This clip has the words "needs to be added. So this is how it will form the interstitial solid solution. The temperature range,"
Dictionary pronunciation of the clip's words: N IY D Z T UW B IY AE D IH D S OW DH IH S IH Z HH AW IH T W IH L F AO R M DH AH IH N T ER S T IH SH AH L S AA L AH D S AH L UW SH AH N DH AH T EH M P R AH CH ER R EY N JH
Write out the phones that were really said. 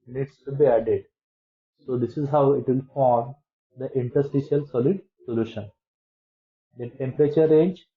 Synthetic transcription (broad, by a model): N IY D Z T UW B IY AE D IH D S OW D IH S IH Z HH AW IH T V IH L F AO R M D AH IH N T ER S T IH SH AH L S AA L AH D S AH L UW SH AH N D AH T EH M P R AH CH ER R EY N JH